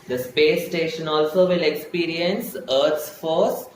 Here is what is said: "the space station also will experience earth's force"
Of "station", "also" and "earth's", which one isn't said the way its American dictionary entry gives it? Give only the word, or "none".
earth's